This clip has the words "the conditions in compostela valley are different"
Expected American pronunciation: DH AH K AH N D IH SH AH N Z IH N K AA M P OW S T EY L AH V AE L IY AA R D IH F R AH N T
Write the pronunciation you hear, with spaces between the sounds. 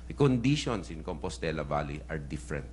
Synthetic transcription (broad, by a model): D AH K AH N D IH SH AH N S IH N K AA M P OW S T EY L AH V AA L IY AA R D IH F R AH N T